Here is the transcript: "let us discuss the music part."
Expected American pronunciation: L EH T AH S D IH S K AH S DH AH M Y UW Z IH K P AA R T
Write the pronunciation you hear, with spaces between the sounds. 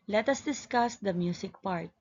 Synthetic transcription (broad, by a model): L EH T AH S D IH S K AH S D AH M Y UW S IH K P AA R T